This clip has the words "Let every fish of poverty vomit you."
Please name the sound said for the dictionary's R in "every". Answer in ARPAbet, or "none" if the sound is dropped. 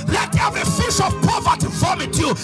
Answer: none